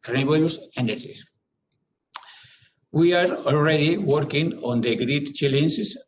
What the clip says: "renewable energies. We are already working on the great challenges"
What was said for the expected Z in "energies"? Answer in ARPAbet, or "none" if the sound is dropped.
S